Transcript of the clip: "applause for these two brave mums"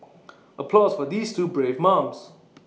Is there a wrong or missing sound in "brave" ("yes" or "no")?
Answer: no